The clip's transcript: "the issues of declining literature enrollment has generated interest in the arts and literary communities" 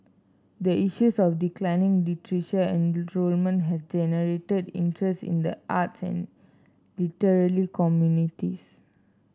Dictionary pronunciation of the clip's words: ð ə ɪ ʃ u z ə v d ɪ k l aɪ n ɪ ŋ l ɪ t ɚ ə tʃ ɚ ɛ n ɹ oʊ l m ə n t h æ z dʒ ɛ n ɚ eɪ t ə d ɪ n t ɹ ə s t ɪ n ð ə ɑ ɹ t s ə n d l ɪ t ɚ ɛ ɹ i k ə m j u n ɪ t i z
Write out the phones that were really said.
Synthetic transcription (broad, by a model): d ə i ʃ u s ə f d ɪ k l aɪ n ɪ ŋ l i t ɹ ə ʃ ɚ ɛ n ɹ oʊ l m ə n t h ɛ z dʒ ɛ n ɚ eɪ t ə d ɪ n t ɹ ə s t ɪ n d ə ɑ t s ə n l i t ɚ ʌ l i k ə m j u n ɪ t i s